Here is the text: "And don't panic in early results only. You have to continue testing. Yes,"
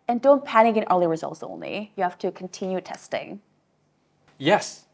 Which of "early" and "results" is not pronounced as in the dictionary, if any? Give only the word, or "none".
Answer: none